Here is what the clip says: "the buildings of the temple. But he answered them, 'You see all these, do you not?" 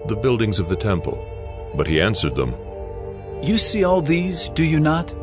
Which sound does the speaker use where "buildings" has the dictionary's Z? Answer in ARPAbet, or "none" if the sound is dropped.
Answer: Z